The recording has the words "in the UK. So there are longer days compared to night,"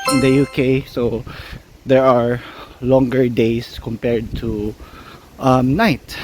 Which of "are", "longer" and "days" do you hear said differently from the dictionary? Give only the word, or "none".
days